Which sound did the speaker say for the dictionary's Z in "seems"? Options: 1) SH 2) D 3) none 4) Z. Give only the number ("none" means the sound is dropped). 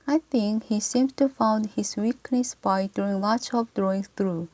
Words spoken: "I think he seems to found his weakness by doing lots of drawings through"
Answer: 3